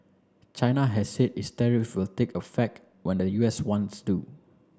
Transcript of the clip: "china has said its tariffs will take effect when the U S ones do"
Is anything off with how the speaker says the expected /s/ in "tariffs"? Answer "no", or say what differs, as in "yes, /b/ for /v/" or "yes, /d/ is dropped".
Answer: yes, /s/ is dropped